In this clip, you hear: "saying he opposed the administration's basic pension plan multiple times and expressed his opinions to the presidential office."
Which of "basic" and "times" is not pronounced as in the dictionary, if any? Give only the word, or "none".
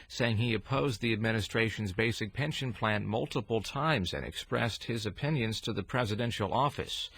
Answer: none